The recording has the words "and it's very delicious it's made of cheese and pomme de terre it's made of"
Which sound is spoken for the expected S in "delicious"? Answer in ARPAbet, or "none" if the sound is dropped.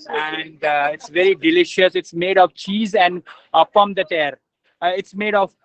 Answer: S